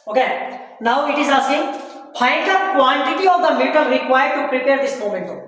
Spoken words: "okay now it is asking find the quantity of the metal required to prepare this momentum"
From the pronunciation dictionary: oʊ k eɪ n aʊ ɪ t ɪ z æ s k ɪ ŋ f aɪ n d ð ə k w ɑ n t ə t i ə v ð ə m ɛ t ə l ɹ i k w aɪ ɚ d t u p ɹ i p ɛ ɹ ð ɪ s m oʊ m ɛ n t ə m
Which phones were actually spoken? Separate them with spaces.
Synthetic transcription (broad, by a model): oʊ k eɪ n aʊ ɪ t ɪ z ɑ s ɪ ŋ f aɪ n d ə k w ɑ n t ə t i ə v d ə m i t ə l ɹ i k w aɪ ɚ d t u p ɹ i p ɛ ɹ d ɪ s m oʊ m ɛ n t